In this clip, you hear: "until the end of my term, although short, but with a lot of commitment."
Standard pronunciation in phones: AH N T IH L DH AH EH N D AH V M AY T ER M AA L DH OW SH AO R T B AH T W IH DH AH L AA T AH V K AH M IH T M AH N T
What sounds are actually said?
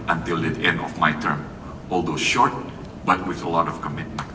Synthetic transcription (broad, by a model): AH N T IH L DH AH EH N D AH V M AY T ER M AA L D OW SH AO R T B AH T W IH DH AH L AA T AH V K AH M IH T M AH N